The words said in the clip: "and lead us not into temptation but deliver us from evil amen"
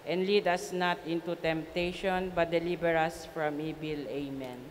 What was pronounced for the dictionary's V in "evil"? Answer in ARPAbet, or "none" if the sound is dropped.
B